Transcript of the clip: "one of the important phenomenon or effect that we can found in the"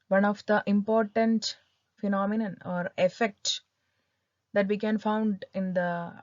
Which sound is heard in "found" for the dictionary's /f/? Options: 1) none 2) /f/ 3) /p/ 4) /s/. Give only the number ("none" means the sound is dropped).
2